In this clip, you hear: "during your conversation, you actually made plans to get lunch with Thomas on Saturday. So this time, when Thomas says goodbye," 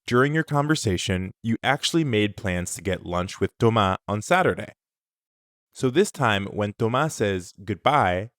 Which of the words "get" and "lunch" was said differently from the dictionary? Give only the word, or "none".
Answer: none